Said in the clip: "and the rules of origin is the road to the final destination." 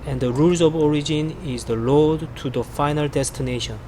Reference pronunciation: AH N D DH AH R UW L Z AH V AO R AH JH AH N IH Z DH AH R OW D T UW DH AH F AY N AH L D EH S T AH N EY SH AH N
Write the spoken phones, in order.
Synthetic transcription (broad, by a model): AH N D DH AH R UW L Z AH V AO R AH JH AH N IH Z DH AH L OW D T UW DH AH F AY N AH L D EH S T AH N EY SH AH N